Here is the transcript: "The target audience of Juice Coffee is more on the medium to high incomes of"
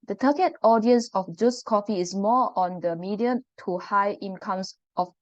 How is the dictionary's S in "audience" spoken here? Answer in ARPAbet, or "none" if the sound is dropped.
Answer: S